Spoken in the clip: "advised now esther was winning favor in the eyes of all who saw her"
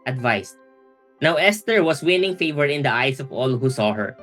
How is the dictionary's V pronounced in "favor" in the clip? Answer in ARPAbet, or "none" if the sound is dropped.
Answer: V